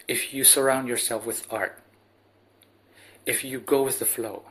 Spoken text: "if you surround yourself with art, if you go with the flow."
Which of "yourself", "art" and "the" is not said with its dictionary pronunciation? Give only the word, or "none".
none